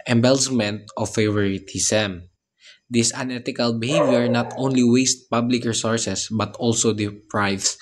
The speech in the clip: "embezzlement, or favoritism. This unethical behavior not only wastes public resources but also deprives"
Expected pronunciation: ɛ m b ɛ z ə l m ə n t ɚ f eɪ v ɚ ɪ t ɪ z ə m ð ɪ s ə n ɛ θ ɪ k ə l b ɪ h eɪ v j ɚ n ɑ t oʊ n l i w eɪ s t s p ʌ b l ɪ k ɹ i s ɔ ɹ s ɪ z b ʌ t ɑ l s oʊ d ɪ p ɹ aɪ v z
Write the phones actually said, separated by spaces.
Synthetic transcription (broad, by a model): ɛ m b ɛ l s m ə n t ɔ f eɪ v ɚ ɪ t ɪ s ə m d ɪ s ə n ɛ t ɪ k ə l b ɪ h eɪ v j ɚ n ɑ t oʊ n l i w eɪ s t p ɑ b l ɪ k ɹ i s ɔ ɹ s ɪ s b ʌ t ɑ l s oʊ d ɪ p ɹ aɪ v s